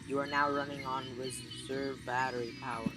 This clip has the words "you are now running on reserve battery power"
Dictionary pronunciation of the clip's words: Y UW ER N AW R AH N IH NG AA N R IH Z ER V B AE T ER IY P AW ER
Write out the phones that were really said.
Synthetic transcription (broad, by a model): Y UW ER N AW R AH N IH NG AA N W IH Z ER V B AE T ER IY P AW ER